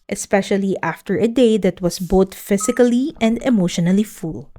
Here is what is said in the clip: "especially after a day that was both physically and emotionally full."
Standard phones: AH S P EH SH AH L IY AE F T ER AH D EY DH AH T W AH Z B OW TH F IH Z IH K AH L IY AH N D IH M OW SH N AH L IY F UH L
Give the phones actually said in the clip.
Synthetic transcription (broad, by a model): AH S P EH SH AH L IY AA F T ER AH D EY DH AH T W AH S B OW T F IH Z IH K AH L IY AH N D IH M OW SH N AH L IY F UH L